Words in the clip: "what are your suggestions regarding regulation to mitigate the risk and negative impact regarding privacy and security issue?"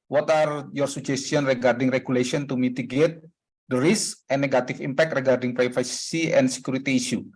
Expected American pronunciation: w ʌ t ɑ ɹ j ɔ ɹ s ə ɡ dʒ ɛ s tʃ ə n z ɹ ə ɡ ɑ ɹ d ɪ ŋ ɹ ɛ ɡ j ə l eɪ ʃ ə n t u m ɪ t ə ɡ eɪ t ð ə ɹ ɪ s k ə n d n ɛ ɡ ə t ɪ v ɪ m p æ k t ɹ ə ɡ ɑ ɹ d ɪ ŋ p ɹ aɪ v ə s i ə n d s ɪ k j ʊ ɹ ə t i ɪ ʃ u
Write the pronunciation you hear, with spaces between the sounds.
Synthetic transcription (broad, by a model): w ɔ t ɑ ɹ j ɔ ɹ s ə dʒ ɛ s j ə n ɹ ə ɡ ɑ ɹ d ɪ ŋ ɹ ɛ ɡ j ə l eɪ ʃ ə n t u m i t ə ɡ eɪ t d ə ɹ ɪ s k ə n n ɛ ɡ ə t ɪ f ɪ m p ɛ k t ɹ ə ɡ ɑ ɹ d ɪ ŋ p ɹ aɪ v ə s i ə n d s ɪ k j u ɹ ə t i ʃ u